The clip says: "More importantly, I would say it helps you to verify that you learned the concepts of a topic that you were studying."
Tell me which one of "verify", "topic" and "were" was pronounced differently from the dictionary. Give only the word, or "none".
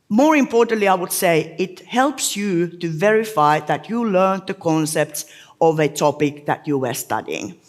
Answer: none